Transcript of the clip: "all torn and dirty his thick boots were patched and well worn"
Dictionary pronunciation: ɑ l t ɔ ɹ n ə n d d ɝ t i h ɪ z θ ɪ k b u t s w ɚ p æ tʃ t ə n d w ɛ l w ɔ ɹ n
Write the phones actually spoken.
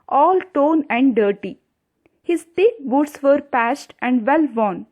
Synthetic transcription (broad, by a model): ɑ l t ɔ n ə n d d ɝ t i h ɪ z t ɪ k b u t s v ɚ p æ s t ə n d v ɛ l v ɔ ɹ n